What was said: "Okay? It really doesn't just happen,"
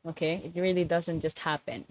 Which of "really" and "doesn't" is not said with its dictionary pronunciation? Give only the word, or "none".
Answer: none